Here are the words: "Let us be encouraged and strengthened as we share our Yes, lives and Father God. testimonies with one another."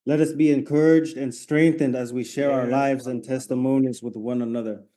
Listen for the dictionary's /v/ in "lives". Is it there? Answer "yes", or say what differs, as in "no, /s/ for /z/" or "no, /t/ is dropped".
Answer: yes